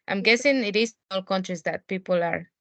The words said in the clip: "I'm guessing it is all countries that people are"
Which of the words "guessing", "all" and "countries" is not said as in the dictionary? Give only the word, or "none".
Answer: countries